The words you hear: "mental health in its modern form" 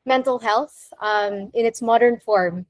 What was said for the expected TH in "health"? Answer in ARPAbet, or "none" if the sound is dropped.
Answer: TH